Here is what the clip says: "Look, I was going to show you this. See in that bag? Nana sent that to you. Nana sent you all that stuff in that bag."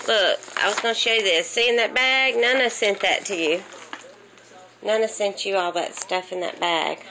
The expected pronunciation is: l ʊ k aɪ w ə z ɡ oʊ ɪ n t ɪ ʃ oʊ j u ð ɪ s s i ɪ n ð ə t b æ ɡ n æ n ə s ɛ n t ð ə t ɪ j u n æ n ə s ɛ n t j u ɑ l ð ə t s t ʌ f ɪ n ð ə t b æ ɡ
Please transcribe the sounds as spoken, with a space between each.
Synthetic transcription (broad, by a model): l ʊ k aɪ w ə z ɡ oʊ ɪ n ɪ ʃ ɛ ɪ ð ɪ s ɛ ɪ ɪ n ð ə t b æ ɡ n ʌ n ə s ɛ n ð ə t ɪ j u n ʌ n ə s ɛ n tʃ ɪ ɑ l ð ə t s t ʌ f ɪ n ð ə t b æ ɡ